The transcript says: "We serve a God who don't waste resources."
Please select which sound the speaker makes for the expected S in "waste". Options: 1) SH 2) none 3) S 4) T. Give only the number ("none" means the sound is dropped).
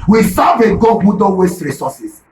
3